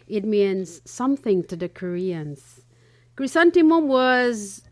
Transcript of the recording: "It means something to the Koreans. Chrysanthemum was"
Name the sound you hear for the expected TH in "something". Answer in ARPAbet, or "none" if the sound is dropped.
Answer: TH